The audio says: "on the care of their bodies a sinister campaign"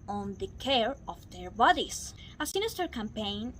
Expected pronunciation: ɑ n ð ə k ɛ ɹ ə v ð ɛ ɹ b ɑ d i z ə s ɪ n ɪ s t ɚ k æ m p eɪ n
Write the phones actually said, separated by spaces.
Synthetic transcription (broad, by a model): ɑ n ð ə k ɛ ɹ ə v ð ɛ ɹ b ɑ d i s ə s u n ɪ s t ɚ k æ m p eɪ n